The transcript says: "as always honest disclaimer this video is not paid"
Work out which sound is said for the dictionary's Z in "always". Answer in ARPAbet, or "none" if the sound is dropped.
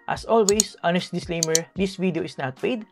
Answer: S